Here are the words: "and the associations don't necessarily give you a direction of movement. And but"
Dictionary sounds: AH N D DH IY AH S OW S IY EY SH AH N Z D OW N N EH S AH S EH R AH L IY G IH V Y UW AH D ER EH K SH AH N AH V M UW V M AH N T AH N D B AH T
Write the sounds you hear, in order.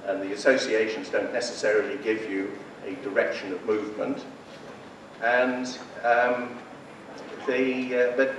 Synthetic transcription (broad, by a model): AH N DH IY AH S OW S IY EY SH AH N Z D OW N N EH S AH S EH R AH L IY G IH V Y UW AH D ER EH K SH AH N AH V M UW V M AH N T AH N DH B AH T